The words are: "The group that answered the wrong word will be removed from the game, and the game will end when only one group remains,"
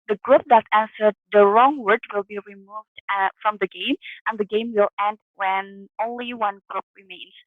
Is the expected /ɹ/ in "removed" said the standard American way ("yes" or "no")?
yes